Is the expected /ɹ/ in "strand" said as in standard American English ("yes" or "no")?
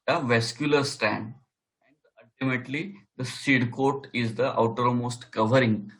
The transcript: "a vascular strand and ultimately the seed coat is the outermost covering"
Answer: no